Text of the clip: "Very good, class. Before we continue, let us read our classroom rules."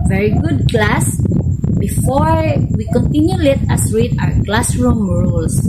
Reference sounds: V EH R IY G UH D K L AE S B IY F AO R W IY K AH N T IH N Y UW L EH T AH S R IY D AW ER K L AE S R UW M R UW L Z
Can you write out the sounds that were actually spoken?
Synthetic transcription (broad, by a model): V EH R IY G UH D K L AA S B IY F AO R W IY K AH N T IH N Y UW L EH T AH S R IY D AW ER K L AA S R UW M R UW L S